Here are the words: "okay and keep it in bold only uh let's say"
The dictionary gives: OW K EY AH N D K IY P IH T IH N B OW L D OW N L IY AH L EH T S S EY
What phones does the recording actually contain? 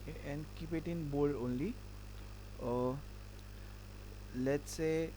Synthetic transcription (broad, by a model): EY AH N K IY P IH T IH N B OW D OW N L IY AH L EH T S S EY